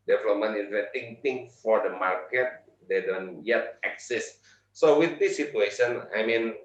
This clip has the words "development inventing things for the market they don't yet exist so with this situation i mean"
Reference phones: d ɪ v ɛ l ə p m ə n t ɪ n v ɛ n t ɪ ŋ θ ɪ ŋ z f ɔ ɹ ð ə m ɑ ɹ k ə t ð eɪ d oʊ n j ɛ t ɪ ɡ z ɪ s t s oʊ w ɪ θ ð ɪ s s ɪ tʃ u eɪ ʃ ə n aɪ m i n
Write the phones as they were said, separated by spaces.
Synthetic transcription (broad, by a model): d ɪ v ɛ l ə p m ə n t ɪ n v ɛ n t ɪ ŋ t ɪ ŋ f ɔ ɹ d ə m ɑ ɹ k ə t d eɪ d oʊ n j ɛ t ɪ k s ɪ s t s oʊ w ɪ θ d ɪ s s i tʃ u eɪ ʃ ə n aɪ m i n